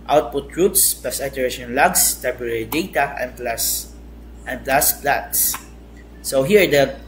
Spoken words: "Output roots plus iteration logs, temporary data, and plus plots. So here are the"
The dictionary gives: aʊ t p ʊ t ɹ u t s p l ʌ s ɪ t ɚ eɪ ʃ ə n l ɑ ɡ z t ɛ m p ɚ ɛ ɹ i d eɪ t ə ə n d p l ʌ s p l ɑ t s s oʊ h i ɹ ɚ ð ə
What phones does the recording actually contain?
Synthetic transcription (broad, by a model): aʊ t p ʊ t ɹ u t s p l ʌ s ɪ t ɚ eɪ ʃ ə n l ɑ ɡ s t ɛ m p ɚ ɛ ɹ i d eɪ t ə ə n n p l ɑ s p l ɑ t s s oʊ h i ɹ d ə